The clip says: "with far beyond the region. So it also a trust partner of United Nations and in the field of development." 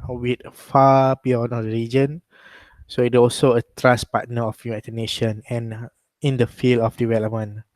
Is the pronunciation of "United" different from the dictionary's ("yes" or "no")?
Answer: yes